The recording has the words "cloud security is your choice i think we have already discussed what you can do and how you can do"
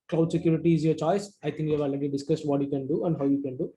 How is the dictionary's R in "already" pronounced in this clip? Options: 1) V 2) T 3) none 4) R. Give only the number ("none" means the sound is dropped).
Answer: 3